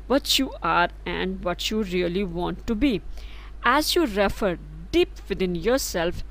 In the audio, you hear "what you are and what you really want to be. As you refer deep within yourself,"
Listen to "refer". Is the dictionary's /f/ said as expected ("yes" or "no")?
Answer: yes